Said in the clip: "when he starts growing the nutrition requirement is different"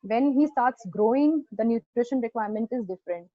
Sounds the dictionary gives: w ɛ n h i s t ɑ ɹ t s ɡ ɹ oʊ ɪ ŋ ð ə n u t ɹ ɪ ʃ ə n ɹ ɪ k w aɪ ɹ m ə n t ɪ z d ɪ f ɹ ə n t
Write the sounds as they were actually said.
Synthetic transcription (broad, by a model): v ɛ n h i s t ɑ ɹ t s ɡ ɹ oʊ ɪ ŋ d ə n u t ɹ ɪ ʃ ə n ɹ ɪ k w aɪ ɹ m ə n t ɪ z d ɪ f ɹ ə n t